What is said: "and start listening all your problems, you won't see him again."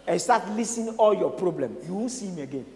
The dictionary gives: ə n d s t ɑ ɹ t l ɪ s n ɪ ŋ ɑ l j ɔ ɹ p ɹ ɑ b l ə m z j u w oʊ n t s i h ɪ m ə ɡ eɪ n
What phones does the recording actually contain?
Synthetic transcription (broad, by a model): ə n s t ɑ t l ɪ s ɪ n ɑ l j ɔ p ɹ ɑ b l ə m j u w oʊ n s i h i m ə ɡ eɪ n